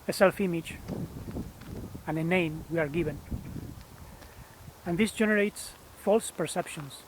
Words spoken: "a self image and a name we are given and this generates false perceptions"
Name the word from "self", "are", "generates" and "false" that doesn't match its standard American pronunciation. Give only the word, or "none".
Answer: none